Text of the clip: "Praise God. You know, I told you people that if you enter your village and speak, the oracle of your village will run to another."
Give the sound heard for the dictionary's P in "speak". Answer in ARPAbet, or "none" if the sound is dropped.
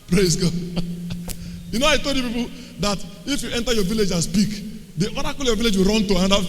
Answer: B